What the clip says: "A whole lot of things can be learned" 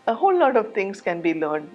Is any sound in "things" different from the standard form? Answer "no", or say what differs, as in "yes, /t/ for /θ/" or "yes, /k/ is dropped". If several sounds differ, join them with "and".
yes, /t/ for /θ/